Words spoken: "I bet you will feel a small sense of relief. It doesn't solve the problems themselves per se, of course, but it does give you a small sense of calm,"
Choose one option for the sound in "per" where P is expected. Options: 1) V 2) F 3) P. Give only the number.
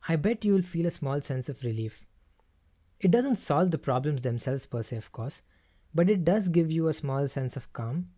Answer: 3